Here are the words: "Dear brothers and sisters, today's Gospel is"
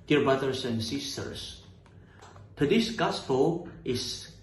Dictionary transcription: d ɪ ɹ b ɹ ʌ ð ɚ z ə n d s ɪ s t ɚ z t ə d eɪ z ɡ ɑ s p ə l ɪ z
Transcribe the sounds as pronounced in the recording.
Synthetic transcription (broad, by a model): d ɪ ɹ b ɹ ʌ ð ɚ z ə n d s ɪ s t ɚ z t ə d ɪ s ɡ ɑ s p ə l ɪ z